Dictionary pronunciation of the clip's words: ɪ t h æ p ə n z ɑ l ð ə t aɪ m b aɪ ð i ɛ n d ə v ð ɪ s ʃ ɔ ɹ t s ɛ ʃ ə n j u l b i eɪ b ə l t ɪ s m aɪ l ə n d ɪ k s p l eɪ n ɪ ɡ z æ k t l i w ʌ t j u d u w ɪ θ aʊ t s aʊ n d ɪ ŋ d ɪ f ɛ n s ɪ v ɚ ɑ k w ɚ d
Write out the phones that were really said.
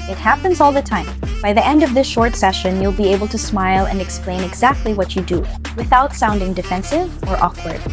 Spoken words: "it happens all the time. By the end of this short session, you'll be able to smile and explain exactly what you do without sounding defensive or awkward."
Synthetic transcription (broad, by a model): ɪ t h æ p ə n z ɑ l ð ə t aɪ m b aɪ ð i ɛ n d ə v ð ɪ s ʃ ɔ ɹ t s ɛ ʃ ə n j u l b i eɪ b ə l t ɪ s m aɪ l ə n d ɪ k s p l eɪ n ɪ ɡ z æ k t l i w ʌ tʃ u d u w ɪ θ aʊ t s aʊ n d ɪ ŋ d ɪ f ɛ n s ɪ v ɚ ɑ k w ɚ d